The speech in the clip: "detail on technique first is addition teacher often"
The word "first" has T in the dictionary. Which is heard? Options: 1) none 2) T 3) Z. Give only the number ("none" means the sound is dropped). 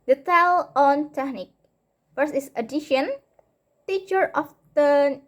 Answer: 1